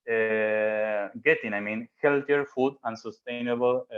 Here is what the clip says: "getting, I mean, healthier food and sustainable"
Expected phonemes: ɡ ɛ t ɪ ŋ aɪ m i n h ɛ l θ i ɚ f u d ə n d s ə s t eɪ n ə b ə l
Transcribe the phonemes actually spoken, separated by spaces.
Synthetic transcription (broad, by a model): ɡ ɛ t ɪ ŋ aɪ m i n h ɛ l t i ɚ f u d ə n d s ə s t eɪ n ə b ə l